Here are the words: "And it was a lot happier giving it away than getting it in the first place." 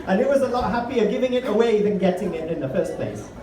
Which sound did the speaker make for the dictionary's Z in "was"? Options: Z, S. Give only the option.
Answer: Z